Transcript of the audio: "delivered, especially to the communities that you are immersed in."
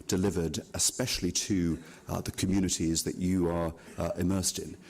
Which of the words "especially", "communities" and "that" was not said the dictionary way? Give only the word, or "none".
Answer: none